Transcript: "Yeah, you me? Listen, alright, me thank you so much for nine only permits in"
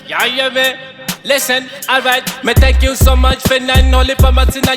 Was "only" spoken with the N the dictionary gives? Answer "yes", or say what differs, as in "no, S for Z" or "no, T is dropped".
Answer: no, N is dropped